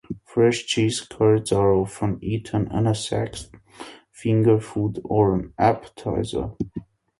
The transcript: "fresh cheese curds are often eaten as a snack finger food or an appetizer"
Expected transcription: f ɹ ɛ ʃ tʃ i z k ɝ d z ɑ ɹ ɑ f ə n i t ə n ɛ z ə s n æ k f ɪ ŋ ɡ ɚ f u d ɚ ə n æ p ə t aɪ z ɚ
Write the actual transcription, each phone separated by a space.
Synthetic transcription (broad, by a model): f ɹ ɛ ʃ tʃ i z k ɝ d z ɑ ɹ ɑ f ə n i t ə n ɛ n ə s æ k f ɪ ŋ ɡ ɚ f u d ɚ ə n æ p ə t aɪ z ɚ